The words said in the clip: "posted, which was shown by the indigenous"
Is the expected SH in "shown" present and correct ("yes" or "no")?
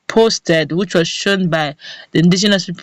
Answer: yes